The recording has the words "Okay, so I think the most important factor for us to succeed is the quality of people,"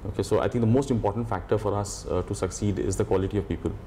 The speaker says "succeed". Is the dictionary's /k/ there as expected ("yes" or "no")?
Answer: yes